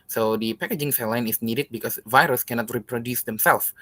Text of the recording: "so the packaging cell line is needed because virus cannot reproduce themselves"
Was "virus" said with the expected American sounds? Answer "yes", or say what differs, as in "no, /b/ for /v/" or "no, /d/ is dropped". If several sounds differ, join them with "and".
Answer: yes